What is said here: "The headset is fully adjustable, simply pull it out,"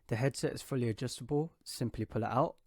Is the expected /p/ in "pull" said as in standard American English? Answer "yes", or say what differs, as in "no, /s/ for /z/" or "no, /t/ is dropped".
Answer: yes